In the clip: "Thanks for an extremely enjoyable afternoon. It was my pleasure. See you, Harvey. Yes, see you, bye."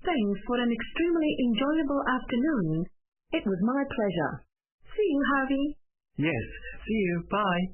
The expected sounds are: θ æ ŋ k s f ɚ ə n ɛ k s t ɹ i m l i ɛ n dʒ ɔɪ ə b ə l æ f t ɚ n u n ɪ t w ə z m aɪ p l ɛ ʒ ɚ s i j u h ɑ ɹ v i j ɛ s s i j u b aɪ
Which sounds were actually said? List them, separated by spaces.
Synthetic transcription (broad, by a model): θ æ ŋ k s f ɚ ə n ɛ k s t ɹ i m l i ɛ n dʒ ɔɪ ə b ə l æ f t ɚ n u n ɪ t w ə z m aɪ p l ɛ ʒ ɚ s i j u h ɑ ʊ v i j ɛ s s i j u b aɪ